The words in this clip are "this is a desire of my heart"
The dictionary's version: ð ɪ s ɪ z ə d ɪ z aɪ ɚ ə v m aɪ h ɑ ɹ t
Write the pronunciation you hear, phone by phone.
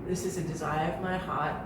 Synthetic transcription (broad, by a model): ð ɪ s ɪ z ə d ɪ z aɪ ɚ ə v m aɪ h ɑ ɹ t